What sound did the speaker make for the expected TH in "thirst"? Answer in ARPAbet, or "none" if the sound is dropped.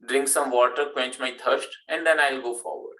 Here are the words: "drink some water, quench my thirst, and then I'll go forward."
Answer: T